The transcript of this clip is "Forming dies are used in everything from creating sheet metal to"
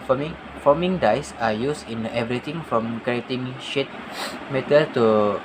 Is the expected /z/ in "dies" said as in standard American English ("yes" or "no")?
no